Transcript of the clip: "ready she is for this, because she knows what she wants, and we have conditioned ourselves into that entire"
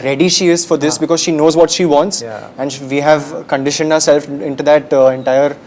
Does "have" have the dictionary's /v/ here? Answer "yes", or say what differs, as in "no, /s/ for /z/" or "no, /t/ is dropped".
yes